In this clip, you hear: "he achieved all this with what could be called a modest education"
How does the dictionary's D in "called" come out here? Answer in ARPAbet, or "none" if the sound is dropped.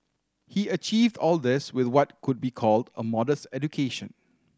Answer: D